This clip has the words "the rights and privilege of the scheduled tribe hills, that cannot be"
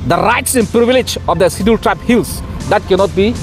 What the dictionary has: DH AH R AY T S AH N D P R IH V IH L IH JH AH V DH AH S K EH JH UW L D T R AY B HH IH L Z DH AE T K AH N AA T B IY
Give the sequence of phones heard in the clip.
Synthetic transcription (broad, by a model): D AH R AY T S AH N P R IH V IH L IH JH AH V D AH S IH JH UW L T R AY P HH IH L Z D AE T K AH N AA T B IY